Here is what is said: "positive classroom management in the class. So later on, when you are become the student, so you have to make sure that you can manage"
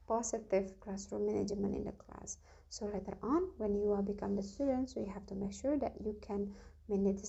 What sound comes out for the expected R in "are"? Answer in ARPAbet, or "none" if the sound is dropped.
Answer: L